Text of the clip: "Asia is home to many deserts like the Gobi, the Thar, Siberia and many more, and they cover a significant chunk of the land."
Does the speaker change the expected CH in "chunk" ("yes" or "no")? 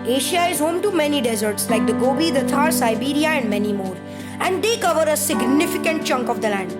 no